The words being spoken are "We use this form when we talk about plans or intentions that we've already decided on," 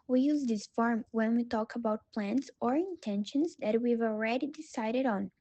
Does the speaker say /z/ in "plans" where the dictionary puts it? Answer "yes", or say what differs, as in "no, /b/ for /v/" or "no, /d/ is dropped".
no, /s/ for /z/